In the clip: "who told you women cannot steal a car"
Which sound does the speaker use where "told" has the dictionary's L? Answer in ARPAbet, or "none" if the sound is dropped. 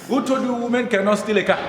none